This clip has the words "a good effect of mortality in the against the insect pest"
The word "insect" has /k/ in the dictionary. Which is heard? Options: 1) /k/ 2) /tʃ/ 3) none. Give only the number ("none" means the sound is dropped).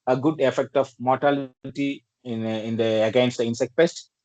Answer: 1